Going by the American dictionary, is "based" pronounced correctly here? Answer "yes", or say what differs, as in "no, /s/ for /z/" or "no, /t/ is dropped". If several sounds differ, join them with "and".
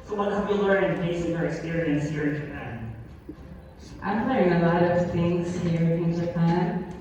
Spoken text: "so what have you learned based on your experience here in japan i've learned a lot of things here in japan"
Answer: no, /t/ is dropped